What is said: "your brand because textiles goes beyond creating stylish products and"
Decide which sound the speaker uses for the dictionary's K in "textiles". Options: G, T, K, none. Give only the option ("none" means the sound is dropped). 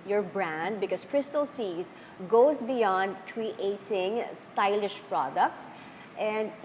none